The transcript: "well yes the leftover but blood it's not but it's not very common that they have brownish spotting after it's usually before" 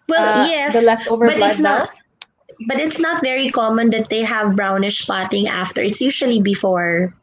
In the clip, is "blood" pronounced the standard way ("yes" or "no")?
no